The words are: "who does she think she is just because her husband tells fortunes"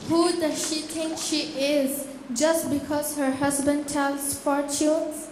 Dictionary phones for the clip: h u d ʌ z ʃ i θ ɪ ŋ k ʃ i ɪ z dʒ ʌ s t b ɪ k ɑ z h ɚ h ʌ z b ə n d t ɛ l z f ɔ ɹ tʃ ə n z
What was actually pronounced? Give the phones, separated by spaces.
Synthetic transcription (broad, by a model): h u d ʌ ʃ i t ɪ ŋ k ʃ i ɪ z dʒ ʌ s t b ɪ k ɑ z h ɚ h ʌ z b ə n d t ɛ l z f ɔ ɹ tʃ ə n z